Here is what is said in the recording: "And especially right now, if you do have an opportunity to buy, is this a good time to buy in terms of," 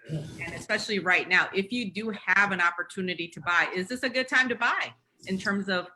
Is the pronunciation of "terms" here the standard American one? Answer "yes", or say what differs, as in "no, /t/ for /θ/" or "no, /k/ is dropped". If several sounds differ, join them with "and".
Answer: yes